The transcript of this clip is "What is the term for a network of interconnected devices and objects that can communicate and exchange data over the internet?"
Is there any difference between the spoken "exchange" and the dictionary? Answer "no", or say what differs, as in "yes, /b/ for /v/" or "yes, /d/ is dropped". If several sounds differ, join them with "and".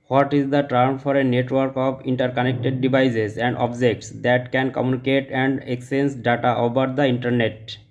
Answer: yes, /tʃ/ is dropped